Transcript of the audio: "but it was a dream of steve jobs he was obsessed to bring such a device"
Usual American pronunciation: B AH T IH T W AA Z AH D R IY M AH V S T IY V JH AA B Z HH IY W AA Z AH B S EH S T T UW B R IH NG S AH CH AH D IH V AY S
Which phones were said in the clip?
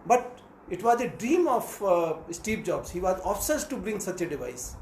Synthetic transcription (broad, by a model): B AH T IH T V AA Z AH D R IY M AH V S T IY P JH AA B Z HH IY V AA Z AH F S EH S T T UW B R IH NG S AH CH AH D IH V AY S